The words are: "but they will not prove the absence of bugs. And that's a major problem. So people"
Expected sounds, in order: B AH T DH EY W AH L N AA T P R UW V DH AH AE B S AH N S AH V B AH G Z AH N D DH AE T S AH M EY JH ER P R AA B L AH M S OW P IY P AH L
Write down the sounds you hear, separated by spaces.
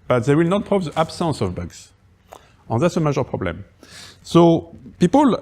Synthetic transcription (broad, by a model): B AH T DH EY W AH L N AA T P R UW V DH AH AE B S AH N S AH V B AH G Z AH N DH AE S AH M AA ZH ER P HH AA B L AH M S OW P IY P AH L